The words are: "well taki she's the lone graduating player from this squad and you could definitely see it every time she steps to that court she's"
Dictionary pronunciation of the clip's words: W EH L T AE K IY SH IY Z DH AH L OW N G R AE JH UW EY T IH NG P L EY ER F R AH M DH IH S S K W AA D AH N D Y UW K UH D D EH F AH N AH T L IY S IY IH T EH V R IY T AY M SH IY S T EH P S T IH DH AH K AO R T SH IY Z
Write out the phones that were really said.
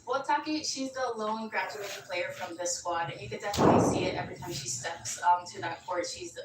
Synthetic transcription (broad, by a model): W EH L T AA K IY SH IY Z DH AH L OW N G R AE JH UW EY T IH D P L EY ER F R AH M DH IH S S W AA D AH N Y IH K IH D D EH F AH N AH T L IY S IY IH T EH V R IY T AY M SH IY S T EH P S T IH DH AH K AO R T SH IY Z